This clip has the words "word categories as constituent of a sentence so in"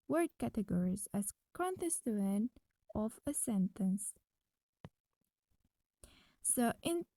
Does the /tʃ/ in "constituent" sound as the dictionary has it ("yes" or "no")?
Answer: no